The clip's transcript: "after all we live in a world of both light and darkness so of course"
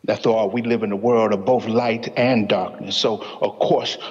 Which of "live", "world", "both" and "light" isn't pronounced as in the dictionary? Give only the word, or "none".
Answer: none